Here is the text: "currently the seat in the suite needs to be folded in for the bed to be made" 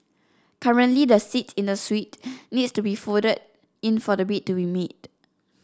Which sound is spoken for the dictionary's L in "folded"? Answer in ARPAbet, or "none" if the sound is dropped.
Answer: none